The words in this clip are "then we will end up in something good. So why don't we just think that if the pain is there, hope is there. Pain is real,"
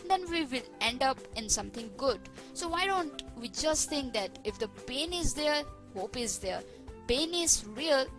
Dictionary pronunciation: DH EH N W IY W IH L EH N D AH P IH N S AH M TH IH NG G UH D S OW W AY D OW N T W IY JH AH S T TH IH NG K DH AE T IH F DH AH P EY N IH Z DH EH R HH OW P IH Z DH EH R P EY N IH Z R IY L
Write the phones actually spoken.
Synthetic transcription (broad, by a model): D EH N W IY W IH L EH N D AH P IH N S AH M T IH NG G UH D S OW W AY D OW N T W IY JH AH S T T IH NG K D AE T IH F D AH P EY N IH Z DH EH R HH OW P IH Z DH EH R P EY N IH Z R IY L